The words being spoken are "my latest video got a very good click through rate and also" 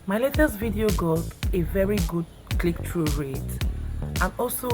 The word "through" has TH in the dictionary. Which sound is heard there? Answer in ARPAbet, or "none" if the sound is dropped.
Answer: T